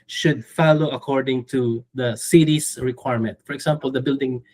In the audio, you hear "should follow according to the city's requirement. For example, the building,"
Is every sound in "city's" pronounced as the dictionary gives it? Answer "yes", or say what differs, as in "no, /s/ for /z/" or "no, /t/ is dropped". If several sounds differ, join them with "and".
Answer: no, /s/ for /z/